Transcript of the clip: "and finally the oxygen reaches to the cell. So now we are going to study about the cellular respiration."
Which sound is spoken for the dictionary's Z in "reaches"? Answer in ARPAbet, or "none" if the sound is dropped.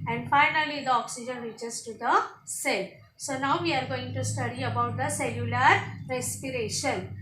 S